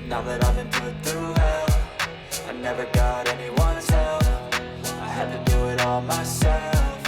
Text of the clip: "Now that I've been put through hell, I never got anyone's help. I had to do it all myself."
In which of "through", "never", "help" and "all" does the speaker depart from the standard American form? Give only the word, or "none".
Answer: help